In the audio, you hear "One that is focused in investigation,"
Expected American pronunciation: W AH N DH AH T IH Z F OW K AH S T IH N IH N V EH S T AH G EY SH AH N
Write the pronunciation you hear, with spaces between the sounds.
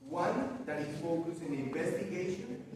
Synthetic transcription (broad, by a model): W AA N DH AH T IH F OW K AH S IH N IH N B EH S T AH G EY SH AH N